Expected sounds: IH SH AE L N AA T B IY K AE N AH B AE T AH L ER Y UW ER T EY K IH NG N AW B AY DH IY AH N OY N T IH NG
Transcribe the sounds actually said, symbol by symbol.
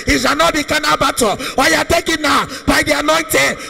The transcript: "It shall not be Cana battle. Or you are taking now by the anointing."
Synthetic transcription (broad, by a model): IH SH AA N AA T B IY K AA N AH B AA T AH W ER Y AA T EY K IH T N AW B AY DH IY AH N OY N T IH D